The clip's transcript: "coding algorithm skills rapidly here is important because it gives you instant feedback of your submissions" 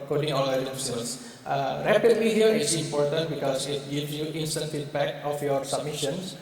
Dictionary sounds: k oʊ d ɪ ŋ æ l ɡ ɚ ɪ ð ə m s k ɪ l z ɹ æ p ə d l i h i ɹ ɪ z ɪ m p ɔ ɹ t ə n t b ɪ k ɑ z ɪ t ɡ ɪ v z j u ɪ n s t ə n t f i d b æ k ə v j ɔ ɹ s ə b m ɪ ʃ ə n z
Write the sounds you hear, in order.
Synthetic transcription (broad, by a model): k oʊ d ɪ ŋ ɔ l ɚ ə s ɔ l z ɹ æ p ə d l i h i ɹ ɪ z ɪ m p ɔ ɹ t ə n t b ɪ k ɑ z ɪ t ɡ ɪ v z j u ɪ n s t ə n t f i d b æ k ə f j ɔ ɹ s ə b m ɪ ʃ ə n